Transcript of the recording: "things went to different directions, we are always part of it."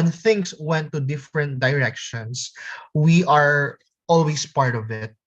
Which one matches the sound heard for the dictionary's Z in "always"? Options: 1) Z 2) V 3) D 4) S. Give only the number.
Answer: 4